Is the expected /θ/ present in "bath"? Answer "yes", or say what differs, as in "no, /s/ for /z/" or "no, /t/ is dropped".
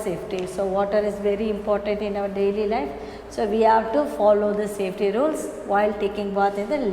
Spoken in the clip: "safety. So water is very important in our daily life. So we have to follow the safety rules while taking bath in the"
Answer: no, /t/ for /θ/